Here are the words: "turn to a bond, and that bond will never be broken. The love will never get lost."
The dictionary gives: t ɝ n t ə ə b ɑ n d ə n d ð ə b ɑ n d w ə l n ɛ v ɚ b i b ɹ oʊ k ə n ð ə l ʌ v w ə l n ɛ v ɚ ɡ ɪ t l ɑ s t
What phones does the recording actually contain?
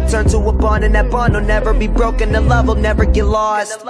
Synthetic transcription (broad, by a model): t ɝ n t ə ə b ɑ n ə n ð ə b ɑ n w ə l n ɛ v ɚ b i b ɹ oʊ k ə n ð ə l ʌ v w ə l n ɛ v ɚ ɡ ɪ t l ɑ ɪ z